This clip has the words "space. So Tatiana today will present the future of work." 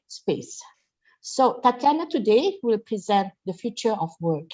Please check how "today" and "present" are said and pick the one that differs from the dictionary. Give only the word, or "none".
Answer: none